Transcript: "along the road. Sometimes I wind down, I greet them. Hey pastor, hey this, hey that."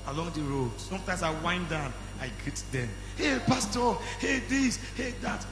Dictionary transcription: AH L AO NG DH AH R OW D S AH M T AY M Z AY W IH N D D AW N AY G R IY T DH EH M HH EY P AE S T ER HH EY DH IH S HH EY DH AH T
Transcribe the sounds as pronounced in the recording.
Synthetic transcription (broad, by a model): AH L AO NG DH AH R OW D S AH M T AY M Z AY W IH N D D AW N AY G R IY T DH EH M HH EY P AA S T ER HH EY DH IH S HH EY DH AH T